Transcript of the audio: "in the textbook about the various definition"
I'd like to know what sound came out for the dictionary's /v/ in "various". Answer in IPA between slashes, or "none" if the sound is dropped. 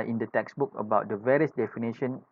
/v/